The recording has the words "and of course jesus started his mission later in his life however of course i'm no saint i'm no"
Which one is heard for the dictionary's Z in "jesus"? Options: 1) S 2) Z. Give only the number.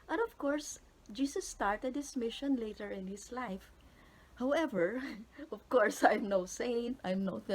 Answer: 1